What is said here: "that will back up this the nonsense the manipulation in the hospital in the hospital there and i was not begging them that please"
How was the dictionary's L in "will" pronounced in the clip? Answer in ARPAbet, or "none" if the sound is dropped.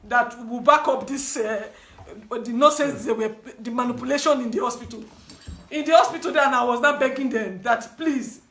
W